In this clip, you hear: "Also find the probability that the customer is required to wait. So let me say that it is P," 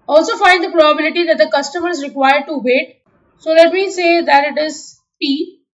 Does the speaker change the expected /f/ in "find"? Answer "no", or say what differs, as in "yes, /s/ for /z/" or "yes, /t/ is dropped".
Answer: no